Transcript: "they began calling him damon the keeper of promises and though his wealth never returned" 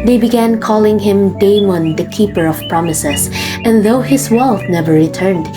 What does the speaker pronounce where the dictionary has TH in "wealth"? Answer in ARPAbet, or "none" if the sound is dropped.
F